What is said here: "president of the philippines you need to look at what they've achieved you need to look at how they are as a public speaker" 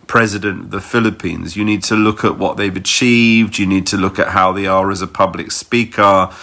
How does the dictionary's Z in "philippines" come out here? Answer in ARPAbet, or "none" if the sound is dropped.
Z